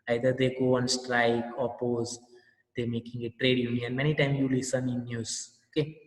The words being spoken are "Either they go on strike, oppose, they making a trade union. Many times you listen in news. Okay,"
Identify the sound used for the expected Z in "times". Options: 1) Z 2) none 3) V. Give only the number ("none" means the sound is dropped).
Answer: 2